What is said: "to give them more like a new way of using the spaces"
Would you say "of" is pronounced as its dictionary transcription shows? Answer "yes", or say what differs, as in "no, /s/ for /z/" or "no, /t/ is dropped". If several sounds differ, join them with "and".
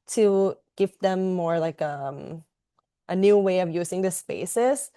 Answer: yes